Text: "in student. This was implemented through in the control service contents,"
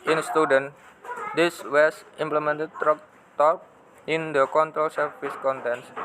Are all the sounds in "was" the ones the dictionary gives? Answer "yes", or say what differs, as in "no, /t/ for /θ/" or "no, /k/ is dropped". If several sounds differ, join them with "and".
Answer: no, /s/ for /z/